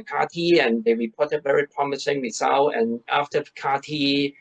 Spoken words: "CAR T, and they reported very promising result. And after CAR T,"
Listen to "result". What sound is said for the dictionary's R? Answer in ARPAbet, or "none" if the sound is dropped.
W